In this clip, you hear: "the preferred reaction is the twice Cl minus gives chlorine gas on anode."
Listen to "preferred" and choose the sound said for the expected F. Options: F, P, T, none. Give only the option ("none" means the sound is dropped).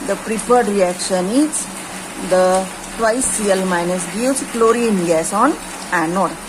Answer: P